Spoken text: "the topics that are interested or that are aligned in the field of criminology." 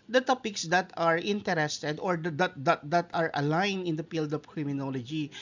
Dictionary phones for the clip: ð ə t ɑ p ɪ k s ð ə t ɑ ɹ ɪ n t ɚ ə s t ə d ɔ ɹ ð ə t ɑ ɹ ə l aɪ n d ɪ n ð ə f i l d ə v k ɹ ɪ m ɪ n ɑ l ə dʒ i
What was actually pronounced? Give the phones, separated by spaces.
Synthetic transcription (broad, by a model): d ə t ɑ p ɪ k s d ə t ɑ ɹ ɪ n t ɚ ə s t ə d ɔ ɹ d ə t ɑ ɹ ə l aɪ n ɪ n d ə p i l d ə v k ɹ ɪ m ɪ n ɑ l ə dʒ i